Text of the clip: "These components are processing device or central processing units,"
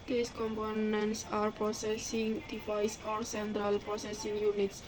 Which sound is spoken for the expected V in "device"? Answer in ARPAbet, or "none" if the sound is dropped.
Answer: F